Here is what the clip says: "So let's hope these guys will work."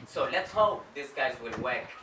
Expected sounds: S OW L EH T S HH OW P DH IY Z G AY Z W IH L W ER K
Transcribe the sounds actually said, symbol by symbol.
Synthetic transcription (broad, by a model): S OW L EH T S HH OW P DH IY S G AY Z W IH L W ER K